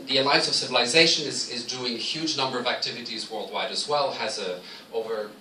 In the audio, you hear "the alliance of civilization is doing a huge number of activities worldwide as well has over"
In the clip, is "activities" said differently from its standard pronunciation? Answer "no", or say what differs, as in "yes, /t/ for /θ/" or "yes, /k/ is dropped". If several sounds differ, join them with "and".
no